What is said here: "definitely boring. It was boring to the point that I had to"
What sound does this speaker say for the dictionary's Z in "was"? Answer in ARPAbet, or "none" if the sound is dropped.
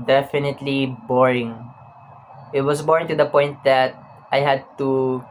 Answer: S